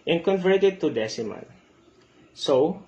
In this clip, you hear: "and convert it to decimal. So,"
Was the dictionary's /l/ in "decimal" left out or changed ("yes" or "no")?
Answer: yes